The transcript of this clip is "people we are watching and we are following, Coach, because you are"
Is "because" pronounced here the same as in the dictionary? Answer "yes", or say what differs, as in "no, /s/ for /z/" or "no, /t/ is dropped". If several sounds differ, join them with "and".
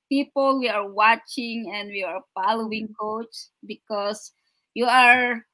no, /s/ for /z/